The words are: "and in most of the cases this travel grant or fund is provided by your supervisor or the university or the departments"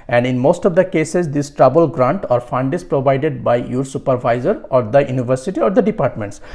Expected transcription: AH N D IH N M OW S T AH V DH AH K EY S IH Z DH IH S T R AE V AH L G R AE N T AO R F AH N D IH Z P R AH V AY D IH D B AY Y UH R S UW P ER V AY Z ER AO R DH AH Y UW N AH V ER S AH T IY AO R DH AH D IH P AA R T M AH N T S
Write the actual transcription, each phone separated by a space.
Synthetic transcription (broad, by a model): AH N D IH N M OW S T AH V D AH K EY S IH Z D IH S T R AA B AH L G R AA N T AO R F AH N D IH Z P R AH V AY D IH D B AY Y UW R S UW P ER V AY Z ER AO R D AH Y UW N AH V ER S AH T IY AO R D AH D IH P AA R T M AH N T S